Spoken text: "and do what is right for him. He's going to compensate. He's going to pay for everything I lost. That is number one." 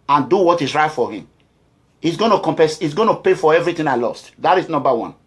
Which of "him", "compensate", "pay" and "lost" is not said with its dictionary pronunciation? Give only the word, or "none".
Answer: compensate